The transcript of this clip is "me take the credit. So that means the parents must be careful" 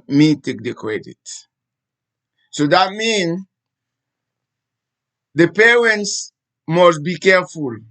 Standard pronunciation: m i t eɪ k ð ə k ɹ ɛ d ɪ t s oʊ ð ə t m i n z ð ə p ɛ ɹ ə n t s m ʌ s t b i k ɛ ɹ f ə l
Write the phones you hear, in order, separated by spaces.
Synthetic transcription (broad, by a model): m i t eɪ k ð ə k ɹ ɛ d ɪ t s oʊ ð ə t m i n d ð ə p ɛ ɹ ə n t s m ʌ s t b i k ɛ f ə l